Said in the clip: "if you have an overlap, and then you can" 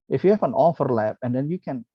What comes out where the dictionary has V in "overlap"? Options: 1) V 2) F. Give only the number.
2